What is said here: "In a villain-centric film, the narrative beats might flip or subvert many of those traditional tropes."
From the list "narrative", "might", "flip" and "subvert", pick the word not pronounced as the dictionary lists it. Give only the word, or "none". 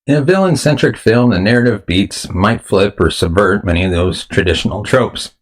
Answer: none